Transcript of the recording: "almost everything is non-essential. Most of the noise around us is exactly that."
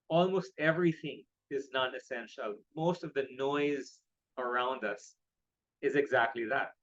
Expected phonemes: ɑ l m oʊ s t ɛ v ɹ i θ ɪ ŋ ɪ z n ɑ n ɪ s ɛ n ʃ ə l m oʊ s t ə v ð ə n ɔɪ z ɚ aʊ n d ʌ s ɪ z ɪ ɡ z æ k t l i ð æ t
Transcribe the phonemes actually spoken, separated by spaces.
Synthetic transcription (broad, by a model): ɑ l m oʊ s t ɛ v ɹ i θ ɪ ŋ ɪ z n ɑ n ɪ s ɛ n ʃ ə l m oʊ s t ə v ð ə n ɔɪ z ɚ aʊ n d ʌ s ɪ z ɪ ɡ z æ k t l i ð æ t